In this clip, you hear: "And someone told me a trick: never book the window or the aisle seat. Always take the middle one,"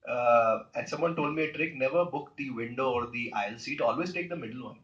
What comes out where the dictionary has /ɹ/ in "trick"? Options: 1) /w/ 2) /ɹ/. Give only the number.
2